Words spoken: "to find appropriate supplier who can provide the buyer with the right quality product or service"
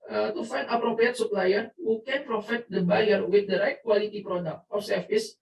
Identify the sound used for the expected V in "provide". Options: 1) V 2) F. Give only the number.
2